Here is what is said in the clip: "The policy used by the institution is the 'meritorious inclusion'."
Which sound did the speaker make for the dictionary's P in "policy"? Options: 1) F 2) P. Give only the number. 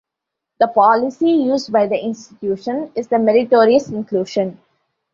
2